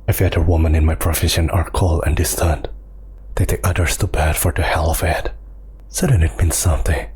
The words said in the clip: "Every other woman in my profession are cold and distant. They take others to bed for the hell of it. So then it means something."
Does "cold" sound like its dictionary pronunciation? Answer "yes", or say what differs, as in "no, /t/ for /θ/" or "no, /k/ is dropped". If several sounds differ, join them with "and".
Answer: no, /d/ is dropped